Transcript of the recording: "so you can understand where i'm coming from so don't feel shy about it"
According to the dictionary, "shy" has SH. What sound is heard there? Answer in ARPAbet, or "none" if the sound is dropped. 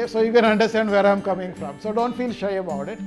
SH